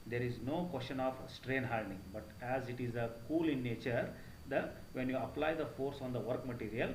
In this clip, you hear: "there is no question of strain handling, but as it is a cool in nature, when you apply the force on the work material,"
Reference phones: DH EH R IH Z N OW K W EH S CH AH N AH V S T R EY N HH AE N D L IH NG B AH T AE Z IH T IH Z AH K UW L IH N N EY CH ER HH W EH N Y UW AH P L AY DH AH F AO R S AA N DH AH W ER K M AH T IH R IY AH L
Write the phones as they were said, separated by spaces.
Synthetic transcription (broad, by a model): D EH R IH Z N OW K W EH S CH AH N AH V S T R EY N HH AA L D IH NG B AH T AE Z IH T IH Z AH K UW L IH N N EY CH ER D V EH N Y UW AH P L AY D AH F AO R S AA N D AH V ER K M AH T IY R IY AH L